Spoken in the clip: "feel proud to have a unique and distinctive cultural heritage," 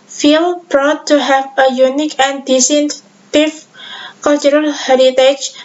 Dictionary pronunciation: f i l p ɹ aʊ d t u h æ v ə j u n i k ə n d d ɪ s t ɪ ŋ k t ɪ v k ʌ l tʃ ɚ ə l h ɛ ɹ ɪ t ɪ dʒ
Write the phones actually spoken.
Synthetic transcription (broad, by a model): f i l b ɹ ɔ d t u h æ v ə j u n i k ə n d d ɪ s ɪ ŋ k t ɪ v k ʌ l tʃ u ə l h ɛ ɹ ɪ t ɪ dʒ